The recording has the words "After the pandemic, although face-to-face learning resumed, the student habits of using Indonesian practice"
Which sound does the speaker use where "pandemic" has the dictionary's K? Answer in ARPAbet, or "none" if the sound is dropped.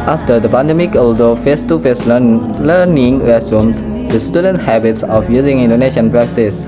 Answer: K